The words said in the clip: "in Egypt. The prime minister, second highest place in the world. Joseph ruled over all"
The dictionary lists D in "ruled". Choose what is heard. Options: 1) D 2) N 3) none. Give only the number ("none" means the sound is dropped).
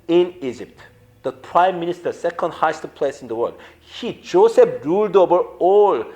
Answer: 1